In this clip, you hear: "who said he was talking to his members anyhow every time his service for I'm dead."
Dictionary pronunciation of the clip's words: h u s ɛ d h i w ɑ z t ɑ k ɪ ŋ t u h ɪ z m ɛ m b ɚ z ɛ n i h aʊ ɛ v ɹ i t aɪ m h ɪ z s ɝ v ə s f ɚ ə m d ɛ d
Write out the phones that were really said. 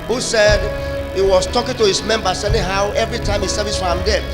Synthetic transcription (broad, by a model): h u s ɛ d h i w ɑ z t ɑ k ɪ ŋ t u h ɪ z m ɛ m b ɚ s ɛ l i h aʊ ɛ v ɹ i t aɪ m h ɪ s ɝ v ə s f ə m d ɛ